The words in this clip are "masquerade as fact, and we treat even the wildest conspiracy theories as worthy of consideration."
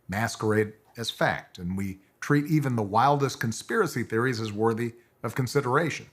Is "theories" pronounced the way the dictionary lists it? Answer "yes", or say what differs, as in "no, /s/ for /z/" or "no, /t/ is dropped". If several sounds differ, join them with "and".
yes